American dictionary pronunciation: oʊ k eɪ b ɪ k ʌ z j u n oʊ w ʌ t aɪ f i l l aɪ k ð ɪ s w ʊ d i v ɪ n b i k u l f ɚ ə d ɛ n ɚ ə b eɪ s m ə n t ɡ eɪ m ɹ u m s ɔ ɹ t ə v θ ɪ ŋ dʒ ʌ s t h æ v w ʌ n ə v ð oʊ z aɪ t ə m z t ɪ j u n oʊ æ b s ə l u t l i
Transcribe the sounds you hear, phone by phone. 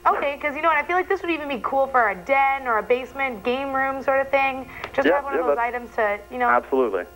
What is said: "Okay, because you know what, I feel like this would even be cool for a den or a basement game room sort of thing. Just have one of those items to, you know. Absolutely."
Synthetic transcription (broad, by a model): oʊ k eɪ ɪ k ʌ z j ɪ n oʊ w ʌ t aɪ f i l l aɪ k ð ɪ s w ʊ d i v ɪ n b i k u l f ɚ ə d ɛ n ɚ ə b eɪ s m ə n ɡ eɪ m ɹ u m s ɔ ɹ t ə v θ ɪ ŋ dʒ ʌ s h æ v w ʌ n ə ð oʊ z aɪ t ə m z t ɪ j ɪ n oʊ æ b s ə l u t l i